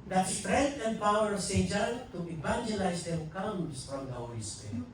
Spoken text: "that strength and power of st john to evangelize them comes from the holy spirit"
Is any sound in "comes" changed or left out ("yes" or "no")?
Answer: yes